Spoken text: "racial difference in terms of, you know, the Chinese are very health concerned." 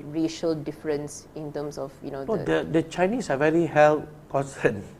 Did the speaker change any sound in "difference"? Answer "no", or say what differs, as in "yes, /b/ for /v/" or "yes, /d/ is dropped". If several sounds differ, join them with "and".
no